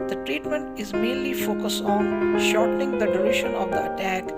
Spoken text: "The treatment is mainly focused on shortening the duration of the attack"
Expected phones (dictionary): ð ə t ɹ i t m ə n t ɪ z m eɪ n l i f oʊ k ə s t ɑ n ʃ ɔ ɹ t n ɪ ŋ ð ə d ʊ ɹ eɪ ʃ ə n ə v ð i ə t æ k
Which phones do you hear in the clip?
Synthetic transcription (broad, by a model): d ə t ɹ i t m ə n t ɪ z m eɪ n l i f oʊ k ə s t ɑ n ʃ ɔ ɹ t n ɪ ŋ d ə d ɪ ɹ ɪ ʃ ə n ə v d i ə t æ k